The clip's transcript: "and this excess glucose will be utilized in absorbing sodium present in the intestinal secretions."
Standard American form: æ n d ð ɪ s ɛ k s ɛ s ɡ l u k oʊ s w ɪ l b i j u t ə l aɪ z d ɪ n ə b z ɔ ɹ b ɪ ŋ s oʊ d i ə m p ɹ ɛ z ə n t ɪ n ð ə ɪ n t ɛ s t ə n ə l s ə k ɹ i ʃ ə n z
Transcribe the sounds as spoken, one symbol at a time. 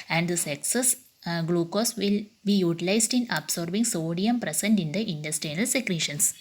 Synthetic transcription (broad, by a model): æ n d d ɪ s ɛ k s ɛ s ɡ l u k oʊ s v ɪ l b i j u t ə l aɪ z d ɪ n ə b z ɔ ɹ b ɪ ŋ s oʊ d i ə m p ɹ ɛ s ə n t ɪ n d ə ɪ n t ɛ s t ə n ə l s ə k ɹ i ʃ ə n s